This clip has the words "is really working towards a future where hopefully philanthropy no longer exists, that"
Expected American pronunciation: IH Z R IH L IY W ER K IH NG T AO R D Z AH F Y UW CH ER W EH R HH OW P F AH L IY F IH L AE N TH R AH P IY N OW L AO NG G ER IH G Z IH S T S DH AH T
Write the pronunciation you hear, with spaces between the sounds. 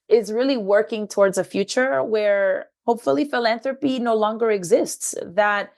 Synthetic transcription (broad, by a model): IH Z R IH L IY W ER K IH NG T AO R D Z AH F Y UW CH ER W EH R HH OW P F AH L IY F IH L AE N TH R AH P IY N OW L AO NG G ER IH G Z IH S T S DH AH T